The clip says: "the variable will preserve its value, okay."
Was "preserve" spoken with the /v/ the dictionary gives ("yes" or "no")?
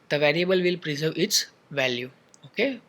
yes